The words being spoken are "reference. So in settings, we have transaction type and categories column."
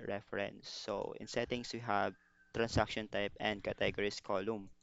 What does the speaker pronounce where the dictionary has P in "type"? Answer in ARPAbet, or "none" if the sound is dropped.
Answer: P